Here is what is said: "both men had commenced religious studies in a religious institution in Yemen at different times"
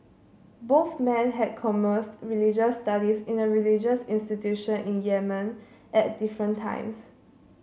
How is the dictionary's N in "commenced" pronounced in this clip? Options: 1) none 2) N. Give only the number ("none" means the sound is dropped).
1